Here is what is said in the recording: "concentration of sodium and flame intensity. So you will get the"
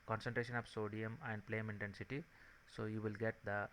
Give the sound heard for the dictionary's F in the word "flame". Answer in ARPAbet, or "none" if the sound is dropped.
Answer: P